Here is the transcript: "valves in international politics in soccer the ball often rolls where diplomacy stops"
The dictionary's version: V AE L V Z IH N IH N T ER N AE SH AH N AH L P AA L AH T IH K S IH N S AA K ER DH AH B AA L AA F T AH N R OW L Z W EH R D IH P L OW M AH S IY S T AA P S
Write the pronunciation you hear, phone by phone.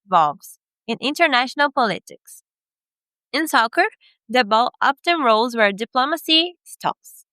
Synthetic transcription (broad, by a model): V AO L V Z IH N IH N T ER N AE SH AH N AH L P AA L AH T IH K S IH N S AA K ER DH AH B AA L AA P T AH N R OW L Z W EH R D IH P L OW M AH S IY S T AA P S